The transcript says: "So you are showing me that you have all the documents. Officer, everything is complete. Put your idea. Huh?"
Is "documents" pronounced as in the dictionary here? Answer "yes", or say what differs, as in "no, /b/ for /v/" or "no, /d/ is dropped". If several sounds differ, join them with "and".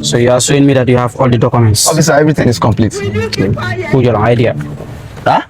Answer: yes